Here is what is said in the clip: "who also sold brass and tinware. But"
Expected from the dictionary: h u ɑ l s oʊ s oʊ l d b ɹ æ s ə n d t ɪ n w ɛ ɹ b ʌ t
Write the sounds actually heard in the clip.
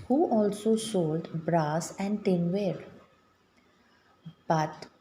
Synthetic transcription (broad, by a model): h u ɑ l s oʊ ʃ oʊ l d b ɹ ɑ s ə n d t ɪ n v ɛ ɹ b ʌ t